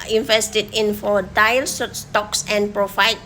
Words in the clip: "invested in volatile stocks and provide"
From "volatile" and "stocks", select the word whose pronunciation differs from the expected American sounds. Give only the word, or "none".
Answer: volatile